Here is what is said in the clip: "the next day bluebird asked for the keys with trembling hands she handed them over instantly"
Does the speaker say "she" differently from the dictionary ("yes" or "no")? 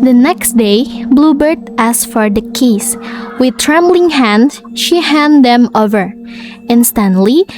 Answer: no